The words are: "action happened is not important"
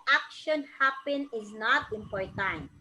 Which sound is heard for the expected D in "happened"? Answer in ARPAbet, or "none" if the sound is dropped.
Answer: none